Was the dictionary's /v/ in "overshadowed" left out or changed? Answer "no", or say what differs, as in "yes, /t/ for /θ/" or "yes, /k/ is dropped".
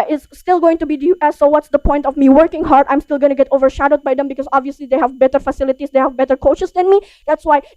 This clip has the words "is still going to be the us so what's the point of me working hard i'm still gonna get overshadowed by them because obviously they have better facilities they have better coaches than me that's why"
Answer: no